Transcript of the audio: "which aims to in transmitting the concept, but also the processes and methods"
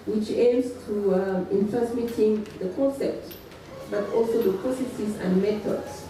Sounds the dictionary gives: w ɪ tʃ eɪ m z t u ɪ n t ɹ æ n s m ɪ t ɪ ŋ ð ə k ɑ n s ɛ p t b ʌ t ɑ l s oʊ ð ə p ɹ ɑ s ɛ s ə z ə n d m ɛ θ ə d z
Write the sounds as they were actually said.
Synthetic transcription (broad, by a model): w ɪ tʃ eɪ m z t u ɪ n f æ s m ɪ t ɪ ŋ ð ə k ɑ n s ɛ p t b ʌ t ɑ l s oʊ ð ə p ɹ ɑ s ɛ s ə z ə n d m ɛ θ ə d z